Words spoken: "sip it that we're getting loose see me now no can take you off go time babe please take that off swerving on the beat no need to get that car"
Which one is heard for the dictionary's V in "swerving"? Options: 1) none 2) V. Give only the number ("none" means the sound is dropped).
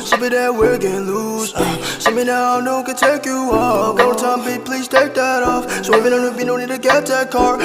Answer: 1